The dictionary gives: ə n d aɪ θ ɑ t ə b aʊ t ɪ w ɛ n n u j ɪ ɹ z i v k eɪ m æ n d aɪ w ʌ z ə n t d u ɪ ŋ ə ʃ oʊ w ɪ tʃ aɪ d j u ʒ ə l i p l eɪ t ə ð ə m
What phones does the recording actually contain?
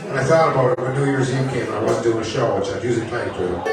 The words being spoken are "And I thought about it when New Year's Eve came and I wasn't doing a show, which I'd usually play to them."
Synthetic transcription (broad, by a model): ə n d aɪ θ ɑ t ə b aʊ t ɪ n n u j ɪ ɹ z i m k eɪ m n aɪ w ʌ z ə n d u ɪ ŋ ə ʃ oʊ w ɪ tʃ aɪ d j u z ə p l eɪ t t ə